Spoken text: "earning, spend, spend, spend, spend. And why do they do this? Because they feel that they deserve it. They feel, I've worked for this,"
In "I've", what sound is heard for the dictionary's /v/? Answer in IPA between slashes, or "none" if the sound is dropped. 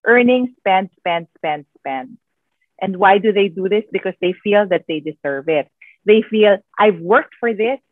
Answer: /v/